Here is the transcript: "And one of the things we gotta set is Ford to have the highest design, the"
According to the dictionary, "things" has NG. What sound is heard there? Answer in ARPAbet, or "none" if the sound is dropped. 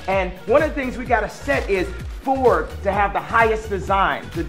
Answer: NG